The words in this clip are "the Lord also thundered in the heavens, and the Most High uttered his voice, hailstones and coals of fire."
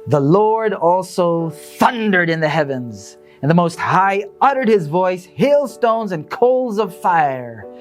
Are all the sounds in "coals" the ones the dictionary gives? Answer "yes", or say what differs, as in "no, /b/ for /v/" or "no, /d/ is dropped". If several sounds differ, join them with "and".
yes